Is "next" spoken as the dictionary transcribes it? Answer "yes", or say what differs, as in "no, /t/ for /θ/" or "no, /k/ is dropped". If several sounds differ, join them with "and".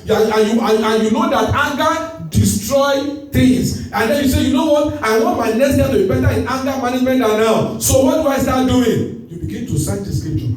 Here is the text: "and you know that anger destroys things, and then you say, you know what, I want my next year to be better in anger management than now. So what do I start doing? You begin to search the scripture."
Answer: no, /k/ is dropped